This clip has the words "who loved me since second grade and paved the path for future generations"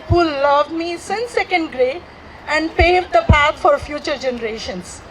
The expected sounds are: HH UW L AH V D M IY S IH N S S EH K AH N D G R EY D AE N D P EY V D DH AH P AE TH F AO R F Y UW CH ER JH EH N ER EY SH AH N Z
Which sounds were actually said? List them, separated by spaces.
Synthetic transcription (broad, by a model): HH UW L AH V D M IY S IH N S S EH K AH N D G R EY AE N D P EY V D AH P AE T F AO R F Y UW CH ER JH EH N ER EY SH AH N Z